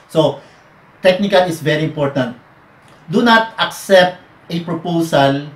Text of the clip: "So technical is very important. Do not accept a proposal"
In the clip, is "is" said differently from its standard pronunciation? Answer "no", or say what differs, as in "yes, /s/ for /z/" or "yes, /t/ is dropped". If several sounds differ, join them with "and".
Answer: yes, /s/ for /z/